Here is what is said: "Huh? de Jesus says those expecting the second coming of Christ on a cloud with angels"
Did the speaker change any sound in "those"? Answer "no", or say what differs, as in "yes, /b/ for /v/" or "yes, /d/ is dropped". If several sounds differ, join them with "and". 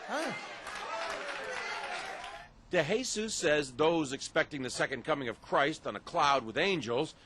no